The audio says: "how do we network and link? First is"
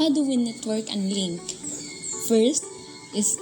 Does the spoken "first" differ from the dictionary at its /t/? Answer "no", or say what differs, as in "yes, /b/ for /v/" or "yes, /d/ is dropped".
no